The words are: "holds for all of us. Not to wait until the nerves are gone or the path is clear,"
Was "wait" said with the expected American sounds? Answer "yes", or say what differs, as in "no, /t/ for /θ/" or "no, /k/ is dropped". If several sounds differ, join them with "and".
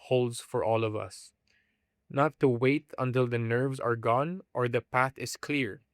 yes